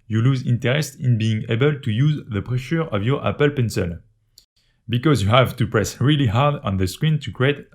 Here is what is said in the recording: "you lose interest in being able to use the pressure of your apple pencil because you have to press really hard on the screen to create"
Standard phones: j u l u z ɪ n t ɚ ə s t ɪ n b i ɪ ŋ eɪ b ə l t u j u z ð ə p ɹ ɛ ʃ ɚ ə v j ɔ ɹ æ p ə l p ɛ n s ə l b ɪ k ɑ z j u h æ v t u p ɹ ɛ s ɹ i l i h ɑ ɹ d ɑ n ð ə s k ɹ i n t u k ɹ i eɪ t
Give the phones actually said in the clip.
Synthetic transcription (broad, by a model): j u l u z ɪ n t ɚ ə s t ɪ n b i ɪ ŋ eɪ b ə l t u j u z ð ə p ɹ ɛ ʃ ɚ ə v j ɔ ɹ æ p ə l p ɛ n s ə l b ɪ k ɑ z j u h æ v t u p ɹ ɛ s ɹ i l i h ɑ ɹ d ɑ n ð ə s k ɹ i n t u k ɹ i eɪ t